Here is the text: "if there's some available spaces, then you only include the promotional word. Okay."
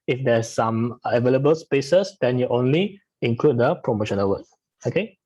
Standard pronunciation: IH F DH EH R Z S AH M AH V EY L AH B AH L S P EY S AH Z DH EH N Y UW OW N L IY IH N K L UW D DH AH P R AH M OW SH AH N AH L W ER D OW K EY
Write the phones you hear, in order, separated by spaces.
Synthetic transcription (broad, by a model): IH F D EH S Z S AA M AH V EY L AH B AH L S P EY S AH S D EH N Y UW OW N L IY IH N K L UW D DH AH P R AH M OW SH AH N AH L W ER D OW K EY